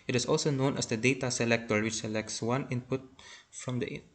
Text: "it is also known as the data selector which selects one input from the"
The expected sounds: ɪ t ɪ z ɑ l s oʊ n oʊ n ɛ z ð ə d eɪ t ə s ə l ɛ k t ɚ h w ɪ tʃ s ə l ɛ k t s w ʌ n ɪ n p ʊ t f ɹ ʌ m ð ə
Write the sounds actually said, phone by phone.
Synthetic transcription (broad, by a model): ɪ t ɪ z ɑ l s oʊ n oʊ n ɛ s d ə d eɪ t ə s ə l ɛ k t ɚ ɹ w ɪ tʃ s ə l ɛ k t s w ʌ n ɪ n p ʊ t f ɹ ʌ m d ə